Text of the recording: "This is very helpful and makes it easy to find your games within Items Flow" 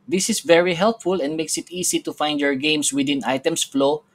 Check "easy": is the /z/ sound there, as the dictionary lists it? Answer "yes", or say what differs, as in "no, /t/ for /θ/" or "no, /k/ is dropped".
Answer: no, /s/ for /z/